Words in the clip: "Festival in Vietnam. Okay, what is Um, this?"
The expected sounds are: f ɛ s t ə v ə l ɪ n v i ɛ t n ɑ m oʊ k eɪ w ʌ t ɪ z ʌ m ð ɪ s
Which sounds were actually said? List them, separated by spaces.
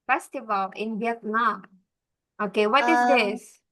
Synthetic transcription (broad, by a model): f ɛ s t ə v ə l ɪ n b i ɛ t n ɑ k oʊ k eɪ w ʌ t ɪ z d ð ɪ s